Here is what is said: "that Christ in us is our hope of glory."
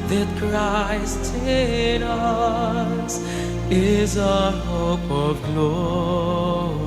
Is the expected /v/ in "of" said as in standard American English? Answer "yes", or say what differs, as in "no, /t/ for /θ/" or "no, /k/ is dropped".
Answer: yes